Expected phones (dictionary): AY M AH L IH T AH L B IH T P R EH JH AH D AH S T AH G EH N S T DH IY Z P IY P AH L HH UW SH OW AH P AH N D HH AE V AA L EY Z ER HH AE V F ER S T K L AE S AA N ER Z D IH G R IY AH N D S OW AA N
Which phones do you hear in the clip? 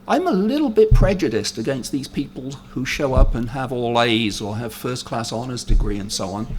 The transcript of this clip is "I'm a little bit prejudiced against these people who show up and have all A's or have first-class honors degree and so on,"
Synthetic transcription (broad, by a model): AY M AH L IH T L B IH T P R EH JH AH D AH S T AH G EH N S T DH IY Z P IY P AH L HH UW SH OW AH P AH N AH V AA L EY Z ER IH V F ER S K L AE S AA N ER Z D IH G R IY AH N S OW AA N